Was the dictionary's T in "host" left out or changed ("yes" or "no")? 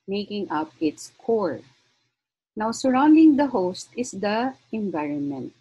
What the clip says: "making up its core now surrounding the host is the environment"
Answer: no